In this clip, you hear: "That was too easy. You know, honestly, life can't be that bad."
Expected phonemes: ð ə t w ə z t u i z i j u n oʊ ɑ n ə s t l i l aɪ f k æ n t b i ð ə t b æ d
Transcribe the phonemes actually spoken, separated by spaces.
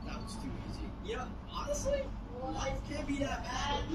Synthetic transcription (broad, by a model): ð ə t w ə z t u i z i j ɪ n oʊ ɑ n ə s t l i l aɪ f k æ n b i ð ə t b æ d